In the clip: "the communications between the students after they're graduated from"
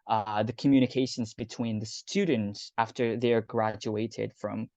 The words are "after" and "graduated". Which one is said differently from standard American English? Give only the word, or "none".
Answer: none